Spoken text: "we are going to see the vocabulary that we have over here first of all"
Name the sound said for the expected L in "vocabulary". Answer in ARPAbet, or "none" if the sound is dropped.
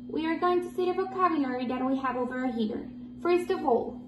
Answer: N